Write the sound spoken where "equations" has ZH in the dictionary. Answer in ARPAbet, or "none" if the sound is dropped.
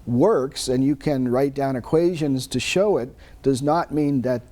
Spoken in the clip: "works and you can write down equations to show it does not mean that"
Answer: ZH